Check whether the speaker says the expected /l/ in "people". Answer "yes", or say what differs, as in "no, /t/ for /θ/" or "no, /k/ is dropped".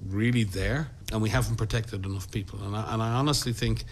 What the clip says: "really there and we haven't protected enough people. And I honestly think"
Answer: no, /n/ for /l/